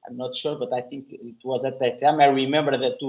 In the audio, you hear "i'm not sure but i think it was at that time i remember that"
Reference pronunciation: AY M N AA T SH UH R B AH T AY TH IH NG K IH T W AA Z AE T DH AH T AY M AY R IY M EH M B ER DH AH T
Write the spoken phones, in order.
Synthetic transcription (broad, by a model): AY M N AA T SH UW R B AH T AY TH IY NG K IH T W AA Z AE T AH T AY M AY R IY M EH M B ER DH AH T